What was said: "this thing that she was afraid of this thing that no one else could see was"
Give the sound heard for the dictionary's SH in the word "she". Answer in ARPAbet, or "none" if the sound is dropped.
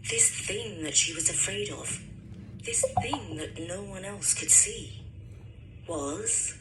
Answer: SH